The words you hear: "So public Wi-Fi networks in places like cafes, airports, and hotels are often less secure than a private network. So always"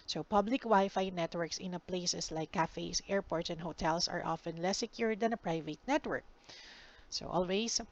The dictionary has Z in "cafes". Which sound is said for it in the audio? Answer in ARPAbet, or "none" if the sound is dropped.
S